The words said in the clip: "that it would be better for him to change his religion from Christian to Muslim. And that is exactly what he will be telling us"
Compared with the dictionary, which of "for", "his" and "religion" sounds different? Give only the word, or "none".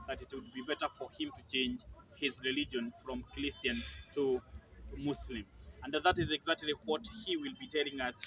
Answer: none